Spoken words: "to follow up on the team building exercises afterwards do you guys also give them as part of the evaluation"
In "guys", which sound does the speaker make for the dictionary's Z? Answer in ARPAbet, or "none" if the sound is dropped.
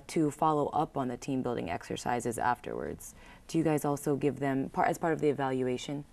Z